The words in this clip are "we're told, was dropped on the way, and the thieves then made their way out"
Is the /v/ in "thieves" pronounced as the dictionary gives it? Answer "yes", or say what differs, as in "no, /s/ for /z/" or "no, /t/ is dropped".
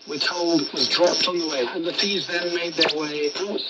no, /v/ is dropped